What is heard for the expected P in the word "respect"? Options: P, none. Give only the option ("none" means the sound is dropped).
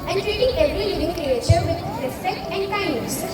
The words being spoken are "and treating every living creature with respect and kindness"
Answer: none